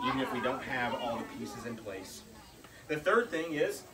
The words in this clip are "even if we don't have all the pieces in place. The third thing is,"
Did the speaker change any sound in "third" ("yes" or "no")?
no